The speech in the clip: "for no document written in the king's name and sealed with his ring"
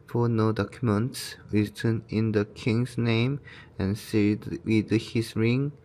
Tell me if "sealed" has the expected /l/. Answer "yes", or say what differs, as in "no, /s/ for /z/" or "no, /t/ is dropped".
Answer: no, /l/ is dropped